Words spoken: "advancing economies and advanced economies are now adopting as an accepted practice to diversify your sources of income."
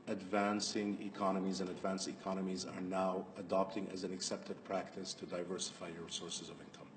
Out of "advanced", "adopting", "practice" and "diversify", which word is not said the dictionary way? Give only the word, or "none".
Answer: none